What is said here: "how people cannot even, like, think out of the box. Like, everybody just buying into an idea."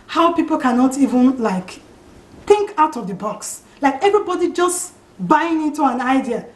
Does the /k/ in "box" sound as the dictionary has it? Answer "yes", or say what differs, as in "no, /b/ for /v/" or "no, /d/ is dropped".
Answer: yes